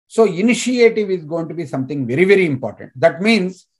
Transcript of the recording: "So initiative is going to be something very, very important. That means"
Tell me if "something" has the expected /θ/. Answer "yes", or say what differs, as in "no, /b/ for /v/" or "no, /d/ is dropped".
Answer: no, /t/ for /θ/